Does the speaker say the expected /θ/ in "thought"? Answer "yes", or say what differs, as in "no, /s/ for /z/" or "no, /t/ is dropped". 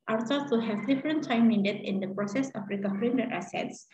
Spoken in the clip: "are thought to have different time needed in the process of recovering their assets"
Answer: no, /s/ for /θ/